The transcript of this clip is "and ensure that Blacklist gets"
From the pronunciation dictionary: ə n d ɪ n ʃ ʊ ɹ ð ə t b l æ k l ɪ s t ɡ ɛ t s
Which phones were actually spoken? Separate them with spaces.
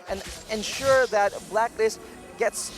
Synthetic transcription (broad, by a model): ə n ɪ n ʃ ʊ ɹ ð ə t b l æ k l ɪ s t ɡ ɛ t s